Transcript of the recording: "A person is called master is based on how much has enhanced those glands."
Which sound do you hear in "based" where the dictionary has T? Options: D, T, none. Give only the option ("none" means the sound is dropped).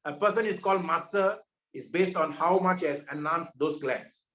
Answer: T